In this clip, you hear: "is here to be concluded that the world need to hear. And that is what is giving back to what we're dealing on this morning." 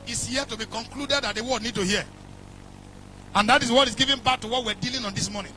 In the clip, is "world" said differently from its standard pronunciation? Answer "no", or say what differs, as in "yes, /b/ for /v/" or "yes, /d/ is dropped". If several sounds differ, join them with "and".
yes, /l/ is dropped